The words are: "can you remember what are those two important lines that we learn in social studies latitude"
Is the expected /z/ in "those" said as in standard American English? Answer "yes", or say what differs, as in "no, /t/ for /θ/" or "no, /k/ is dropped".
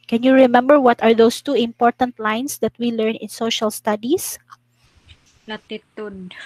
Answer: no, /s/ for /z/